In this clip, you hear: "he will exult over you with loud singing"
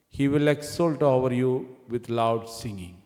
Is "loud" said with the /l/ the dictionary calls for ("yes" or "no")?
yes